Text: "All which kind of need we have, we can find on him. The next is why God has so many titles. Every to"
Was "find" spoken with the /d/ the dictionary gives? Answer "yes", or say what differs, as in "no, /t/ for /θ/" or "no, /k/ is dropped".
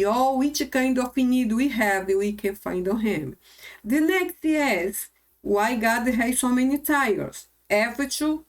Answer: yes